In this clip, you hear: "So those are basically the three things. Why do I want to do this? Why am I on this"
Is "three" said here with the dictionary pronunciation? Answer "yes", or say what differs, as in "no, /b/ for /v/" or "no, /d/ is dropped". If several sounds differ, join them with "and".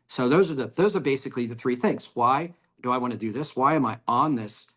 yes